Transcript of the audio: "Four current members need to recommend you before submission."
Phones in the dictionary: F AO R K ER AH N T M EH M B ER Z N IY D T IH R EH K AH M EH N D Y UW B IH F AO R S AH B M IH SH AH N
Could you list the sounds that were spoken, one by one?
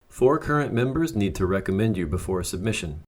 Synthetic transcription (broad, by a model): F AO R K ER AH N M EH M B ER Z N IY D T IH R EH K AH M EH N D Y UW B IH F AO R S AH B M IH SH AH N